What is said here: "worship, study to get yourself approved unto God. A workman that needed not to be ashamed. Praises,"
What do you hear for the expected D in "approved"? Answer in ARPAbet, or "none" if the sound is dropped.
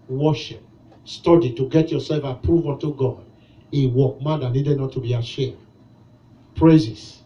none